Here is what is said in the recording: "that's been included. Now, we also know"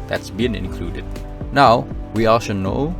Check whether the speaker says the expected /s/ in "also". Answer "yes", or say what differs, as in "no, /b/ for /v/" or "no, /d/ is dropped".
no, /ʃ/ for /s/